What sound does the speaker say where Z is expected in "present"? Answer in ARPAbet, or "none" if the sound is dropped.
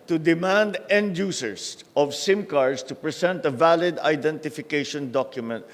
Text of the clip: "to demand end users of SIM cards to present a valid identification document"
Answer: S